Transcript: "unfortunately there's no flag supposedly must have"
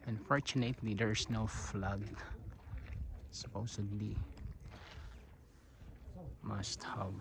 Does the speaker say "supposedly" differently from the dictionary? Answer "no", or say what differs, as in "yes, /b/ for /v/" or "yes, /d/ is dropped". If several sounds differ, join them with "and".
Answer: yes, /s/ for /z/